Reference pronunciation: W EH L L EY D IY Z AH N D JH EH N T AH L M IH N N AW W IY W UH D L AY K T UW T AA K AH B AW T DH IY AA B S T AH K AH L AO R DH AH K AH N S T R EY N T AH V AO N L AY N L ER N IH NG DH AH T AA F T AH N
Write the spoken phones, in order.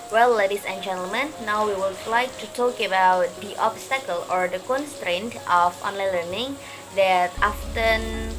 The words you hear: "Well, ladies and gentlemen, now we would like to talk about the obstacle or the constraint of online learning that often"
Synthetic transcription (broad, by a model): W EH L L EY D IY S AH N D JH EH N T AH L M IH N N AW W IY W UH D L AY K T UW T AA K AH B AW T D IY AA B S T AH K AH L AO R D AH K AH N S T R EY N T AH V AO N L AY N L ER N IH NG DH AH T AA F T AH N